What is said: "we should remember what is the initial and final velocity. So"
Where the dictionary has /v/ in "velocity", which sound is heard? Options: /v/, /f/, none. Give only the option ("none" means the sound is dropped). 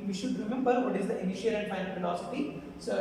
/f/